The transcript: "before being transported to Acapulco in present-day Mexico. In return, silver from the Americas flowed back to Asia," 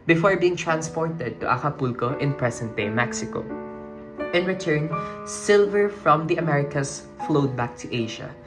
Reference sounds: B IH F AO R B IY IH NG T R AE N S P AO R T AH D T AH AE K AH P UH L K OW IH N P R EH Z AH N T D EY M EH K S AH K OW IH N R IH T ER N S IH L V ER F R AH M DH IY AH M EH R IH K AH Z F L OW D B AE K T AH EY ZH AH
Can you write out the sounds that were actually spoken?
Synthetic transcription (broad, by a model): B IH F AO R B IY IH NG T R AE N S P AO R T AH D T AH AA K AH P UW L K OW IH N P R EH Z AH N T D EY M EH K S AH K OW IH N R IH T ER N S IH L V ER F R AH M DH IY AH M EH R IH K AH S F L OW D B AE K T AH EY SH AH